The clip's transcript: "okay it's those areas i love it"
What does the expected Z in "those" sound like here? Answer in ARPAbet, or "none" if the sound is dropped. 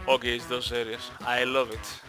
S